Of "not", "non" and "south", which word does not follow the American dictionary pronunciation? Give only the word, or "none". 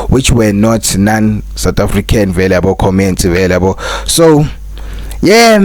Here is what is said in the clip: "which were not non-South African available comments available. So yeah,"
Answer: south